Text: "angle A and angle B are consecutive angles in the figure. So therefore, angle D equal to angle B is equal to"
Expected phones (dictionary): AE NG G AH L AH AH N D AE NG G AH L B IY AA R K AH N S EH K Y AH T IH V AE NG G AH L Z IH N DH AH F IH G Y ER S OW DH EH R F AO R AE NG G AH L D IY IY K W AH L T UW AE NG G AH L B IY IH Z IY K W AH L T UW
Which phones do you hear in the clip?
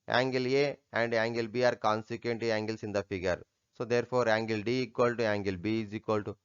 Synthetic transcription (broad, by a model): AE NG G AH L AH AH N D AE NG G AH L B IY AA R K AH N S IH K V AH T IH AE NG G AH L S IH N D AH F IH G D S OW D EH R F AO R AE NG G AH L D IY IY K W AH L T UW AE NG G AH L B IY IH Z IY K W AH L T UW